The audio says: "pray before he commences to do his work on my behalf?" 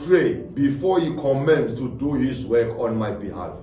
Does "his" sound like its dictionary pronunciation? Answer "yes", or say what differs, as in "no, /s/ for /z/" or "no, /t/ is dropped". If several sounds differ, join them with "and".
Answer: no, /s/ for /z/